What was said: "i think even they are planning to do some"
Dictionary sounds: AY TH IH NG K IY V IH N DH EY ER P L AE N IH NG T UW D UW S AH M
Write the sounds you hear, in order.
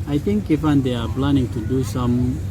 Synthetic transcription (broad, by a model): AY T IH NG K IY F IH N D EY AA P L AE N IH NG T UW D UW S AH M